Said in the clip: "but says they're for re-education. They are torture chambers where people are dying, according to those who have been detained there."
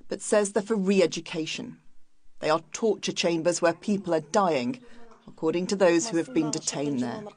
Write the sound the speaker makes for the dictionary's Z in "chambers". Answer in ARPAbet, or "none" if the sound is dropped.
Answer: Z